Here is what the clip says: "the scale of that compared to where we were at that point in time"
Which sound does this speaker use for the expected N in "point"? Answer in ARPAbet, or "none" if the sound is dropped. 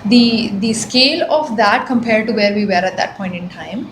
N